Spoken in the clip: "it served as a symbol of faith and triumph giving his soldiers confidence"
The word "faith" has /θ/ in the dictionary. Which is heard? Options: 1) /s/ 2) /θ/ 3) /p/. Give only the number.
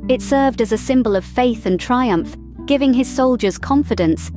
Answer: 2